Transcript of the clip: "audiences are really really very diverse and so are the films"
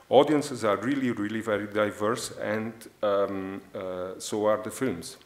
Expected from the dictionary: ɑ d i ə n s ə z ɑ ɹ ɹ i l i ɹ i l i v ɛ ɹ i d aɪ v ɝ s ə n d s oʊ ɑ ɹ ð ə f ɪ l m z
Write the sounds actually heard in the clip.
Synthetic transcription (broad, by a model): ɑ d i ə n s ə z ɑ ɹ ɹ i l i ɹ i l i v ɛ ɹ i d aɪ v ɝ s ə n d s oʊ ɑ ɹ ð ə f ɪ l m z